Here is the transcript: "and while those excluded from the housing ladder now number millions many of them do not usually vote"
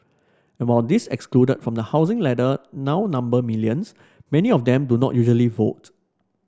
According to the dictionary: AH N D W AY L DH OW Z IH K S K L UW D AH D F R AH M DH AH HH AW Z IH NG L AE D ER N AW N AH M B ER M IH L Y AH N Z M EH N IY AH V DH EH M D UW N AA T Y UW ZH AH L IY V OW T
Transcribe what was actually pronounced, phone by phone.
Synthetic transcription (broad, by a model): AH N W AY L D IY S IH K S K L UW D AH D F R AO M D AH HH AW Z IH NG L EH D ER N AW N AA M B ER M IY L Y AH N S M EH N IY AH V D EH M D UW N AA T Y UW ZH AH L IY V OW T